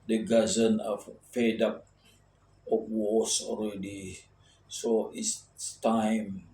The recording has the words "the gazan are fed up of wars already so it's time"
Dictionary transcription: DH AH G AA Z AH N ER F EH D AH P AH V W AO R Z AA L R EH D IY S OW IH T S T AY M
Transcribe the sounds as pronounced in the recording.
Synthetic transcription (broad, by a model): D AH G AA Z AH N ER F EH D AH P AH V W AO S AA L R EH D IY S OW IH S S T AY M